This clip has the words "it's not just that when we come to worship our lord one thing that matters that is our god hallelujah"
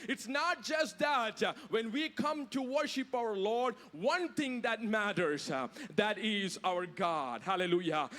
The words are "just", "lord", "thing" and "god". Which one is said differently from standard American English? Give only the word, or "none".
thing